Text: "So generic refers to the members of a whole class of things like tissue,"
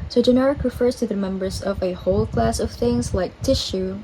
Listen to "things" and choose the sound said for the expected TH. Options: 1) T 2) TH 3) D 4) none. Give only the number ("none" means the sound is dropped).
2